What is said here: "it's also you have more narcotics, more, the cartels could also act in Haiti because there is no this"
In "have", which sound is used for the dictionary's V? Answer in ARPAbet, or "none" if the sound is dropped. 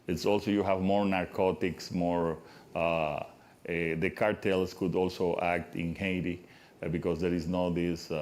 V